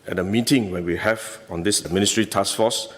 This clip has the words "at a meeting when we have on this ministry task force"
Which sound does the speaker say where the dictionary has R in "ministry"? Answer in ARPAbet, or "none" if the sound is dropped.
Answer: R